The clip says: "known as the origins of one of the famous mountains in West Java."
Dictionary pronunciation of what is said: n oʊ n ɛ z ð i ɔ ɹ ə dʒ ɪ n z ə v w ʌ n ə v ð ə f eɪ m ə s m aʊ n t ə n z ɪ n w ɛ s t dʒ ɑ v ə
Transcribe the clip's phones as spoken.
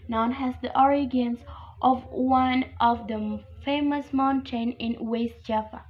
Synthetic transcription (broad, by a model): n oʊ n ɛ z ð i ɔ ɹ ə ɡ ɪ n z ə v w ʌ n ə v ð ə f eɪ m ə s m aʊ n t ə n ɪ n w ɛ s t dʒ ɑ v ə